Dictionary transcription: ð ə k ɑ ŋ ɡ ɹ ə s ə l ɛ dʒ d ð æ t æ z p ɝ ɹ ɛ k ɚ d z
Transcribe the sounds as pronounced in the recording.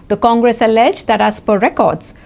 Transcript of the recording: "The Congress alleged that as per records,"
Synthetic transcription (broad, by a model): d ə k ɑ ŋ ɡ ɹ ə s ə l ɛ dʒ d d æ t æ s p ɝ ɹ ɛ k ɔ d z